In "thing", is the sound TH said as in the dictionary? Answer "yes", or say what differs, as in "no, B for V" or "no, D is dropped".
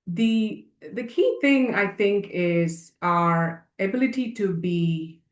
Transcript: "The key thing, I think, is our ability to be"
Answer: yes